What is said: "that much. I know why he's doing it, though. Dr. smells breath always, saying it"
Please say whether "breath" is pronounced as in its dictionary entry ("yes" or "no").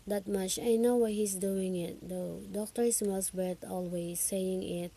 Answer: no